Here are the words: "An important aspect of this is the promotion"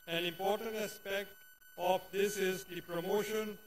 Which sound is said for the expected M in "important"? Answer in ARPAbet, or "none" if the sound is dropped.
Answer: M